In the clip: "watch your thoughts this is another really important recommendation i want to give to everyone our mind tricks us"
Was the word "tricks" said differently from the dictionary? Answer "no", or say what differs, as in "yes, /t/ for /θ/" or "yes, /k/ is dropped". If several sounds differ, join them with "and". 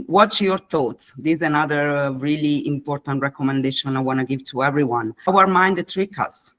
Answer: yes, /s/ is dropped